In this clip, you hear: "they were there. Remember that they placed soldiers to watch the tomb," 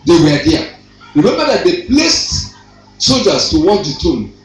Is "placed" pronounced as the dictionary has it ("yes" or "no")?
yes